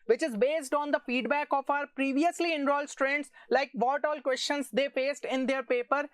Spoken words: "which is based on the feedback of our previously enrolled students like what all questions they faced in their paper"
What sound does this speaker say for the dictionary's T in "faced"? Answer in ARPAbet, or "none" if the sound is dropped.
T